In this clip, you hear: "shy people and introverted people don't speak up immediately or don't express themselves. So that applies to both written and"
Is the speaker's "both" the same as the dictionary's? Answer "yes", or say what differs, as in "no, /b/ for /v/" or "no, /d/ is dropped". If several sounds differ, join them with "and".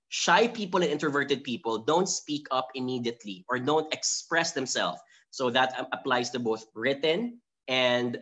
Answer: yes